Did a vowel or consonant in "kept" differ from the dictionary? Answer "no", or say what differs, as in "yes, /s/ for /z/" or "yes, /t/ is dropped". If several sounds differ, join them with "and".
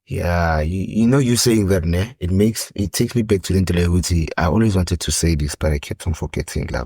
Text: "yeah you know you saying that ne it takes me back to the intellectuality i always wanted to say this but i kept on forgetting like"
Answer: no